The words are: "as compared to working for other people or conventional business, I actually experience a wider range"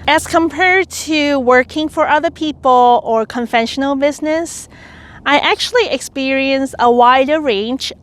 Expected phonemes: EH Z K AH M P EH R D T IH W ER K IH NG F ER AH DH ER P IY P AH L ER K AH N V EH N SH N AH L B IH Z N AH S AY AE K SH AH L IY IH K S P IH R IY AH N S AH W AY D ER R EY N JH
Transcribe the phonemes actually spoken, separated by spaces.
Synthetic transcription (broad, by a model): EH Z K AH M P EH R D T IH W ER K IH NG F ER AH DH ER P IY P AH L ER K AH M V EH N SH N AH L B IH Z N AH S AY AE K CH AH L IY IH K S P IH R IY AH N S AH W AY D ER R EY N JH